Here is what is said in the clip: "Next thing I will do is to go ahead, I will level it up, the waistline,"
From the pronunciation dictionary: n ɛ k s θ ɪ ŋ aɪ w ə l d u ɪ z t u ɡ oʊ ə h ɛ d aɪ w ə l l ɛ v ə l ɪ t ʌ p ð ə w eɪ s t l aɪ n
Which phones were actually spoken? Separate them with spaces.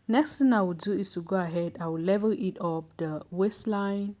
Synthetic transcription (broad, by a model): n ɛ k s t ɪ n aɪ w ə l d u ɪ s t u ɡ oʊ ə h ɛ d aɪ w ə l l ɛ v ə ɪ t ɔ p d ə w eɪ s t l aɪ n